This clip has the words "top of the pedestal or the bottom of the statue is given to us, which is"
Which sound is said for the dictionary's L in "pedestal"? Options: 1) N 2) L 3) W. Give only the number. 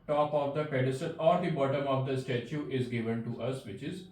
1